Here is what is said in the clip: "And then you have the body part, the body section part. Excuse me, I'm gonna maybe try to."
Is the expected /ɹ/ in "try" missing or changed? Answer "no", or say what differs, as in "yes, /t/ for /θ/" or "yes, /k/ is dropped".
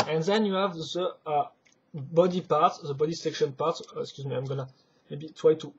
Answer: yes, /w/ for /ɹ/